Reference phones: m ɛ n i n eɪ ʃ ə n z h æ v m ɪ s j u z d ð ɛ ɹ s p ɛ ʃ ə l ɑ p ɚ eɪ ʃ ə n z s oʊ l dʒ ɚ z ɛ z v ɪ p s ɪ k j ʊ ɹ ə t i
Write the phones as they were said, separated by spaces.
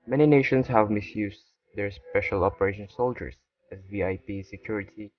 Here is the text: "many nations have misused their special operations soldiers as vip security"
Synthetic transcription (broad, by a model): m ɛ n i n eɪ ʃ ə n s h æ v m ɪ s j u s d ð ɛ ɹ s p ɛ ʃ ə l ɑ p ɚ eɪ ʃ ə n s oʊ l dʒ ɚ s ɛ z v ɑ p s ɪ k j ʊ ɹ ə t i